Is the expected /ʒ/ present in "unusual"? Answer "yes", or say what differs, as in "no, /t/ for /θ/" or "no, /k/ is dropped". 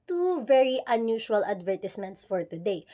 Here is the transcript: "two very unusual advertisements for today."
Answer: no, /ʃ/ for /ʒ/